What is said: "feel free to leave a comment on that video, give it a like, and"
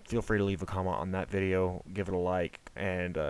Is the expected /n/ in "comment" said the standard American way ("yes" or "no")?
no